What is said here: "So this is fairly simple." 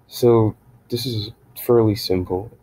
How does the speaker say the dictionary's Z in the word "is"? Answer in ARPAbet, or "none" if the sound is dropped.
Z